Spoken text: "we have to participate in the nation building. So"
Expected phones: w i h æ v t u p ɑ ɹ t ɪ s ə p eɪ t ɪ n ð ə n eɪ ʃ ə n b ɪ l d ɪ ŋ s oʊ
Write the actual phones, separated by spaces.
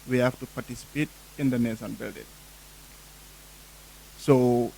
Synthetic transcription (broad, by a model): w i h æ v t u p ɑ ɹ t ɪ s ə p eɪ t ɪ n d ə n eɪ s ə n b ɪ l d ɪ ŋ s oʊ